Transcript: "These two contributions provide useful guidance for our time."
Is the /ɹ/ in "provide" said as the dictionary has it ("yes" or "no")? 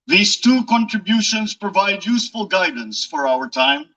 yes